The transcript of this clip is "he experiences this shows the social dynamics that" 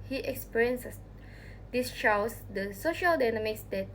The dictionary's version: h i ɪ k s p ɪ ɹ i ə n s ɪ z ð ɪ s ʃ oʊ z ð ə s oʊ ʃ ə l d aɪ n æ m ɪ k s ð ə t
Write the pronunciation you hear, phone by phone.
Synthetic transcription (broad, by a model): h i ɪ k s p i ɹ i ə n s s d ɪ s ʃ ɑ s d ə s oʊ ʃ ə l d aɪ n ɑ m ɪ k s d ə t